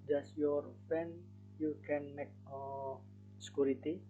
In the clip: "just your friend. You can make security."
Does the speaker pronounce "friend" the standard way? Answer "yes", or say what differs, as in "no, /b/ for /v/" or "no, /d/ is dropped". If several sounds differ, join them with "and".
no, /ɹ/ is dropped